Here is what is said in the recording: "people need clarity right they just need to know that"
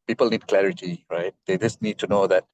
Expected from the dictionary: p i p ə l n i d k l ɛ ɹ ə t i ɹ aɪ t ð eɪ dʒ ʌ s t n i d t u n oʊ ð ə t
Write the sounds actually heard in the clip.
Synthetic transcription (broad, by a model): p i p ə l n i d k l ɛ ɹ ə t i ɹ aɪ t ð eɪ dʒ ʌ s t n i d t u n oʊ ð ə t